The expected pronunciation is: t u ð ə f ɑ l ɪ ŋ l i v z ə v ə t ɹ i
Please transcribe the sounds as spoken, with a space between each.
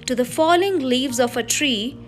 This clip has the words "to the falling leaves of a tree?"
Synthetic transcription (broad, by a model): t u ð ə f ɑ l ɪ ŋ l i v z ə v ə t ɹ i